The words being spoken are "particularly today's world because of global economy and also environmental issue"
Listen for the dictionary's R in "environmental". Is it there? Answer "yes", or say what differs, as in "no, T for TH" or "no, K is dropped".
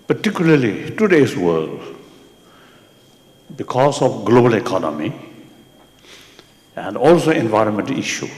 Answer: yes